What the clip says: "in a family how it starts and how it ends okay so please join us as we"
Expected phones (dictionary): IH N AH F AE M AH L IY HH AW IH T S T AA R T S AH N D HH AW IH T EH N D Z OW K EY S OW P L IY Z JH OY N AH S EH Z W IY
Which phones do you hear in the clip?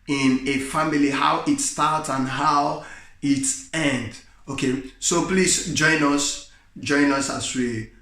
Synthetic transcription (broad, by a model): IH N AH F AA M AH L IY HH AW IH T S T AA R T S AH N HH AW IH T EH N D OW K EY S OW P L IY S JH OY N AH S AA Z W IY